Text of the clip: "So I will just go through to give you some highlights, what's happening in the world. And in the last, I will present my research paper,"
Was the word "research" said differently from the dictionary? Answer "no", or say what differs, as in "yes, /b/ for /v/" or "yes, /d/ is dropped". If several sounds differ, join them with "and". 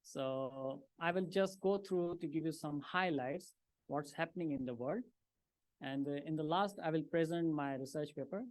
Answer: no